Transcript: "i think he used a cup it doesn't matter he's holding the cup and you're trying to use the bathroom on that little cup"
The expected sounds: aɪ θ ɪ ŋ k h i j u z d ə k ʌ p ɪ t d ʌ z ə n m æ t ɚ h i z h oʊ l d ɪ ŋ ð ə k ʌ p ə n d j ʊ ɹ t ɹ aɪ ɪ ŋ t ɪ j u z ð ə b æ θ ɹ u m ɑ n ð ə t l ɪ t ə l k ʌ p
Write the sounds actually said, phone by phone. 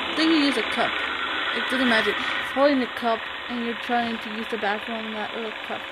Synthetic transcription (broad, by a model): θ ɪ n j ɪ j u z ə k ʌ p ɪ t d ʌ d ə m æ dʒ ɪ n h oʊ l d ɪ ŋ ð ə k ʌ p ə n j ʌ ɹ t ɹ aɪ ɪ ŋ t ɪ j u z ð ə b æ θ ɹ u ʊ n ð ə t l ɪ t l k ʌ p